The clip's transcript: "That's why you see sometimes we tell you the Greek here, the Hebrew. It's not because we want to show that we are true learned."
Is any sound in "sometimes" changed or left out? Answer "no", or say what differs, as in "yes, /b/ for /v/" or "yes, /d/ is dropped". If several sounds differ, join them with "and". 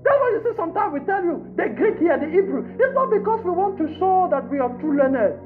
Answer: yes, /z/ is dropped